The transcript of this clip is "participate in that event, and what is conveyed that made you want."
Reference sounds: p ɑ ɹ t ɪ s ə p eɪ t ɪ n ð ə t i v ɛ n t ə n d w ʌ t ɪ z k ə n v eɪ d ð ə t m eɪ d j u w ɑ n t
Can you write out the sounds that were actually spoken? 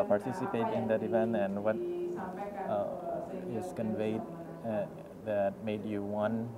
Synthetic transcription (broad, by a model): p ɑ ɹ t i s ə p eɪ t ɪ n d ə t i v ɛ n ə n w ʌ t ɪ s k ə n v eɪ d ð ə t m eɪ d j u w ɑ n